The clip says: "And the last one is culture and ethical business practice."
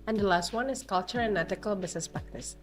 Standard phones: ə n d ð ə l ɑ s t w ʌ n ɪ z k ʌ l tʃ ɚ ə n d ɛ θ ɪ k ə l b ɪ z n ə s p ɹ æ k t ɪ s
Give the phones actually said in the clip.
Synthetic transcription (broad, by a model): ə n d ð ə l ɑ s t w ʌ n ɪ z k ʌ l tʃ ɚ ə n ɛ t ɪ k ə l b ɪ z n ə s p ɹ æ k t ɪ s